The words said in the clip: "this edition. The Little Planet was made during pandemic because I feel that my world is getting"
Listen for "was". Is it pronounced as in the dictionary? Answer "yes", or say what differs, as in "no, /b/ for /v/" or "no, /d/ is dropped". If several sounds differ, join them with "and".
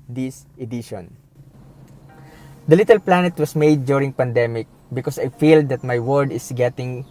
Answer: no, /s/ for /z/